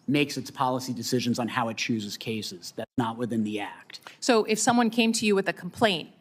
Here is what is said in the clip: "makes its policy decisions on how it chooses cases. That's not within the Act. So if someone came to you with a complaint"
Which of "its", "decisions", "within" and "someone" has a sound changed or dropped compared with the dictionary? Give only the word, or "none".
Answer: none